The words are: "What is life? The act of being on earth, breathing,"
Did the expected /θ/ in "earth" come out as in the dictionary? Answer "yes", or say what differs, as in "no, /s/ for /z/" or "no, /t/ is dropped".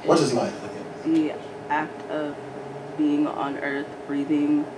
yes